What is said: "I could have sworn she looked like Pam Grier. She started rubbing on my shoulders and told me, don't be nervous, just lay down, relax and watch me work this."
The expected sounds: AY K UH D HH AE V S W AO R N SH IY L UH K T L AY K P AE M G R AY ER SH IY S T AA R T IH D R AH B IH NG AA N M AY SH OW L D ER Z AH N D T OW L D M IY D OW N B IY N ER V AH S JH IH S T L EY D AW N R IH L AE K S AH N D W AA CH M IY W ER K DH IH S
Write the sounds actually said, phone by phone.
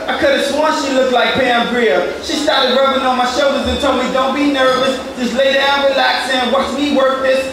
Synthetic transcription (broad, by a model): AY K UH D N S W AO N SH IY L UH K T L AY K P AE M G R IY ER SH IY S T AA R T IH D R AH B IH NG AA N M AY SH OW L D ER Z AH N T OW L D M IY D OW N B IY N ER V AH S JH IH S L EY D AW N R IH L AE K S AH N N W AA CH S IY W ER K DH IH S